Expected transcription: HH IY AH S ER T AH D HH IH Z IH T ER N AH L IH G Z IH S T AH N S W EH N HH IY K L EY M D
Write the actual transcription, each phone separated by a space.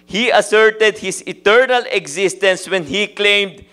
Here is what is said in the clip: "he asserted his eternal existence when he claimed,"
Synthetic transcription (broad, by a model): HH IY AH S ER T AH D HH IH S IH T ER N AH L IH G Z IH S T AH N S W EH N HH IY K L EY M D